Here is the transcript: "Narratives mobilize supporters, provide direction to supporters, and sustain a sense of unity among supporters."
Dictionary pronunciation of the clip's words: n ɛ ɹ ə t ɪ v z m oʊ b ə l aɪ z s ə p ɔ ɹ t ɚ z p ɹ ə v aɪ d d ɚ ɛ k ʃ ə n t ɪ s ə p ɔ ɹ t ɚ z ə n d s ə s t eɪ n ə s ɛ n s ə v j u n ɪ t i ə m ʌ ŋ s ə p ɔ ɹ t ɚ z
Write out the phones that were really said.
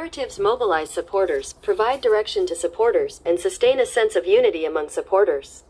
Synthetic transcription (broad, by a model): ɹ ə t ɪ v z m oʊ b ə l aɪ z s ə p ɔ ɹ t ɚ z p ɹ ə v aɪ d d ɚ ɛ k ʃ ə n t ɪ s ə p ɔ ɹ t ɚ z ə n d s ə s t eɪ n ə s ɛ n s ə v j u n ɪ t i ə m ʌ ŋ s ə p ɔ ɹ t ɚ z